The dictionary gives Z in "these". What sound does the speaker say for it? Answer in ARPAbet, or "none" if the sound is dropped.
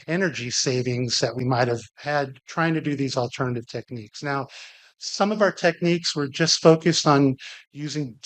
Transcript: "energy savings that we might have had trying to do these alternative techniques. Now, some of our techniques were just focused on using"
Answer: Z